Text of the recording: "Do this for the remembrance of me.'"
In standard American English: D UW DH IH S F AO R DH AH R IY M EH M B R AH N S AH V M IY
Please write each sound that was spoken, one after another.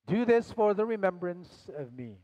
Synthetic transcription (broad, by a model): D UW DH IH S F AO R DH AH R IY M EH M B R AH N S AH V M IY